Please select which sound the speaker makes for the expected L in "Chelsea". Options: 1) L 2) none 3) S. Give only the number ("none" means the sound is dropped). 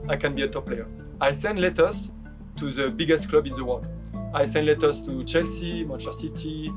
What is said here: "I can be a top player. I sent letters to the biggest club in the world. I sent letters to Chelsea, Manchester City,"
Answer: 1